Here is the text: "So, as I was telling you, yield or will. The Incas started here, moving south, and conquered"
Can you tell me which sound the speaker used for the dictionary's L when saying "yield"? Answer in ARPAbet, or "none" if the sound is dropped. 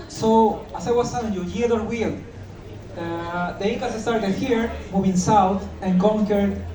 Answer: none